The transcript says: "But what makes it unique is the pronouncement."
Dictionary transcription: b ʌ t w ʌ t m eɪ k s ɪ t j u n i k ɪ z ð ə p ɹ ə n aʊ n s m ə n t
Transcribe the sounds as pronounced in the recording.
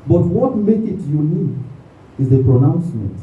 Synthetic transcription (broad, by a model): b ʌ t w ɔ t m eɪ k ɪ t j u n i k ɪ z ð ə p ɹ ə n aʊ n s m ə n t